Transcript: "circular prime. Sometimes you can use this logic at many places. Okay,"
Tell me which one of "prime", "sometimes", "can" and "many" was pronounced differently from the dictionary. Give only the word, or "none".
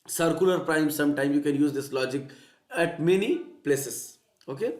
sometimes